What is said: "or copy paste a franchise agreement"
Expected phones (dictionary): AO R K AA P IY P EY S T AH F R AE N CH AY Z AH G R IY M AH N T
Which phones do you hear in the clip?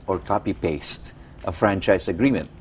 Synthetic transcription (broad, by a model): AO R K AA P IY P EY S T AH F R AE N CH AY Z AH G R IY M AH N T